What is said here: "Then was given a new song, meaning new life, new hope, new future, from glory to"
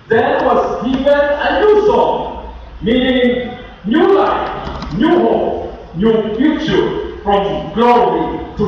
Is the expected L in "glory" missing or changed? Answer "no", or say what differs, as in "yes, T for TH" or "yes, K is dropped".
no